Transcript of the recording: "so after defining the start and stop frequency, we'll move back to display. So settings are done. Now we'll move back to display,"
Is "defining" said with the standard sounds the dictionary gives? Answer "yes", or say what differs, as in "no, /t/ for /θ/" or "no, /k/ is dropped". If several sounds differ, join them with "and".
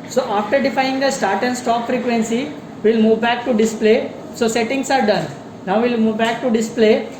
no, /n/ is dropped